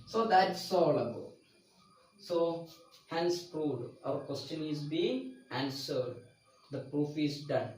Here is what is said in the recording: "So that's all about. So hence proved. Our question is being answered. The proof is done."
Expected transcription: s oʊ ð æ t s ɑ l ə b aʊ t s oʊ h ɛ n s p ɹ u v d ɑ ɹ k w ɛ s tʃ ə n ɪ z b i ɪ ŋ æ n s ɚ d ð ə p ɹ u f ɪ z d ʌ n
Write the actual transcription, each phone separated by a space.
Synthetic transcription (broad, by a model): s oʊ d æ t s ɑ l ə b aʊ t s oʊ h ɛ n s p ɹ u d ɑ ɹ k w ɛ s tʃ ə n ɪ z b i ɪ ŋ æ n s ɚ d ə p ɹ u f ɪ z d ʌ n